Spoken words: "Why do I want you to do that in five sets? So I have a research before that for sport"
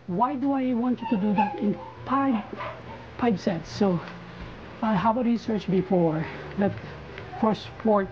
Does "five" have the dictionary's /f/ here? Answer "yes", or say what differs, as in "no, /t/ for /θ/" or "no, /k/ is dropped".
no, /p/ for /f/